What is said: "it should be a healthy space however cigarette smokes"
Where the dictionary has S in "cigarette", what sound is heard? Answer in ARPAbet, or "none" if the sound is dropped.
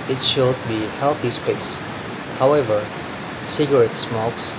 S